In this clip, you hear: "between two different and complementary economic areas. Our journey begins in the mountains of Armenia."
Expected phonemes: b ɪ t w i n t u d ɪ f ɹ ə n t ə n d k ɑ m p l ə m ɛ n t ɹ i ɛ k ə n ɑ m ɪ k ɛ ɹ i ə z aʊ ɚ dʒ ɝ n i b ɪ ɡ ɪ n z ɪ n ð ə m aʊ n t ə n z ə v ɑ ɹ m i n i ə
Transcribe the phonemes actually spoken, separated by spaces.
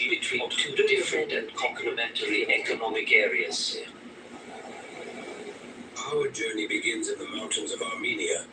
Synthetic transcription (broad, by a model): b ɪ t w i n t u d ɪ f ɹ ə n t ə n k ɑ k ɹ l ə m ɛ n t l i ɛ k ə n ɑ m ɪ k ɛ ɹ i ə s aʊ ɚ dʒ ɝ n i b ɪ ɡ ɪ n z ɪ n ð ə m aʊ n t ə n z ə v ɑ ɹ m i n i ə